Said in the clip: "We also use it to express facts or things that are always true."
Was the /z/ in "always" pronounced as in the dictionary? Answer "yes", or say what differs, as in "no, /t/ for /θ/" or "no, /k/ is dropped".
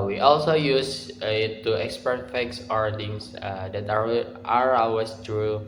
no, /s/ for /z/